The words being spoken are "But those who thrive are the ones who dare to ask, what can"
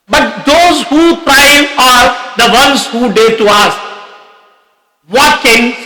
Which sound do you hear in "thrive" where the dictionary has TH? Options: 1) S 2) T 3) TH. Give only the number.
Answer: 2